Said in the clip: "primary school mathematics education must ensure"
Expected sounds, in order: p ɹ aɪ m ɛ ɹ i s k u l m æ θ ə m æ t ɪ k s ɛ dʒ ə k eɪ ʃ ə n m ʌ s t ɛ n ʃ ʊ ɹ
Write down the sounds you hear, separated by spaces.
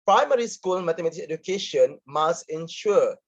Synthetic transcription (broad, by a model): p ɹ aɪ m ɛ ɹ i s k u l m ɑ t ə m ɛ t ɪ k ɛ dʒ ə k eɪ ʃ ə n m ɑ s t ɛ n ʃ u